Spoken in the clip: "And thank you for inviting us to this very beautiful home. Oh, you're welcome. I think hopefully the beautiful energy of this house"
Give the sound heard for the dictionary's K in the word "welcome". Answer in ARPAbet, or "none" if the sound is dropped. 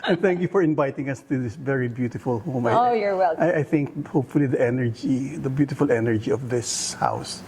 none